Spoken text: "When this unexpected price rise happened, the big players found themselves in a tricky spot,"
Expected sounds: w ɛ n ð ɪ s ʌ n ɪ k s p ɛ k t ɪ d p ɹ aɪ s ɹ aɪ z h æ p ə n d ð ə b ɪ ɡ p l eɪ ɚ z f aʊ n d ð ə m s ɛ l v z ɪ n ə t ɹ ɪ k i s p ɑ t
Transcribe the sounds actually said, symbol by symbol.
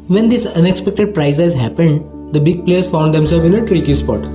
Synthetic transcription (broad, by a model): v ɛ n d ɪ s ʌ n ɪ k s p ɛ k t ɪ d p ɹ aɪ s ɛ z h æ p ə n d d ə b ɪ ɡ p l eɪ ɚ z f aʊ n d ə m s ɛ l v ɪ n ə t ɹ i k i s p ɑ t